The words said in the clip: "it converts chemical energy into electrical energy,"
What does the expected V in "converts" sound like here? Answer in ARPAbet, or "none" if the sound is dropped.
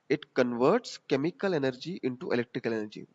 V